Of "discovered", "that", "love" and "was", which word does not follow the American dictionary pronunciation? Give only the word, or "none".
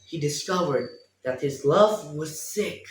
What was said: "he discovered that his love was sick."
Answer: none